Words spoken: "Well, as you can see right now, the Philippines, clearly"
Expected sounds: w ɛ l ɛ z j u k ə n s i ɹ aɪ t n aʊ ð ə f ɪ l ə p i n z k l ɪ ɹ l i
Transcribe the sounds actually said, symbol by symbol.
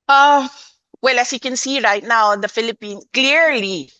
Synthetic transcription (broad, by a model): w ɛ l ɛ s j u k ə n s i ɹ aɪ t n aʊ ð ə f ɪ l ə p i n k l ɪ ɹ l i